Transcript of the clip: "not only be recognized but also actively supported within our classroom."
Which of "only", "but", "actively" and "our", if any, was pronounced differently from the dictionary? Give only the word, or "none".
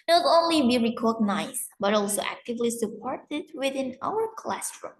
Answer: none